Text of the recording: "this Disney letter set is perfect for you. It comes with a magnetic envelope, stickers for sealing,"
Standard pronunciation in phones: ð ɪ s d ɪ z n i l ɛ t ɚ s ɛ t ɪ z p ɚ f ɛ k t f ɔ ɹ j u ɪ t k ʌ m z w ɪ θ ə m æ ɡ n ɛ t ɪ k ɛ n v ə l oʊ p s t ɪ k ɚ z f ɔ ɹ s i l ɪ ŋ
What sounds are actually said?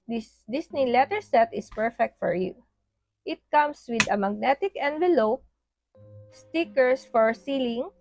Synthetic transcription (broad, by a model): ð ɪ s d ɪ s n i l ɛ t ɚ s ɛ t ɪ s p ɚ f ɛ k t f ɔ ɹ j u ɪ t k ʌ m s w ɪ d ə m æ ɡ n ɛ t ɪ k ɛ n v ə l oʊ p s t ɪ k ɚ s f ɔ ɹ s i l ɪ ŋ